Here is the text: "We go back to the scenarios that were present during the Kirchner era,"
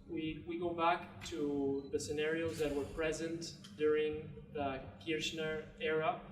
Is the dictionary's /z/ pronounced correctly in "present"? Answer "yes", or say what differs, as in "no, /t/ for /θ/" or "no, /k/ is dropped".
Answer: yes